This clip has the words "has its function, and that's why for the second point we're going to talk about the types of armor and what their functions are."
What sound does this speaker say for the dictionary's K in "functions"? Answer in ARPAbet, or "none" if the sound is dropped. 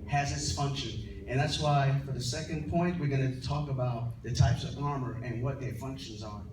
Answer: K